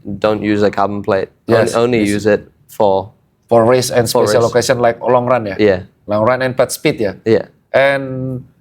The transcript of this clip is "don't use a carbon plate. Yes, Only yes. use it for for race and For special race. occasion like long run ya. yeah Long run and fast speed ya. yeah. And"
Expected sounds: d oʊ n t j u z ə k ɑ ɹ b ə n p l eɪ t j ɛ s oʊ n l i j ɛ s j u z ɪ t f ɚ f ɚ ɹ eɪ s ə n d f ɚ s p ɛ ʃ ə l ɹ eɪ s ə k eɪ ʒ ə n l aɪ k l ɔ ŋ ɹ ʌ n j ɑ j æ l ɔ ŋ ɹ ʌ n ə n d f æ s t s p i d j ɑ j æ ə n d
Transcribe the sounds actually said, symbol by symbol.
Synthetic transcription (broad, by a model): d oʊ n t j u z ə k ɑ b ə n p l eɪ t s oʊ n l i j j u z ɪ t f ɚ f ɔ ɹ eɪ s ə n s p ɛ ə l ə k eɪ s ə n l aɪ k l ɔ ŋ ɹ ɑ n j ɑ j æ l ɔ ŋ ɹ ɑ n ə n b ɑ t s p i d j ɑ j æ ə n